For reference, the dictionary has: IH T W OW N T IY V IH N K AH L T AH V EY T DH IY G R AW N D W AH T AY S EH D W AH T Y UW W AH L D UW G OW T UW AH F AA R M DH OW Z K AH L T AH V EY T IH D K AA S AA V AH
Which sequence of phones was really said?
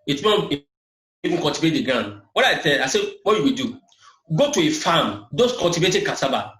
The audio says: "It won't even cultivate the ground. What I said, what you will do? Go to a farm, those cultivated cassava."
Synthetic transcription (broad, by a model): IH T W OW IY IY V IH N K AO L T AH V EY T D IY G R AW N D W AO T AY TH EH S W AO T Y UW W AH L D UW G OW T UW AH F AA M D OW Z K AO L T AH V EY T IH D K AA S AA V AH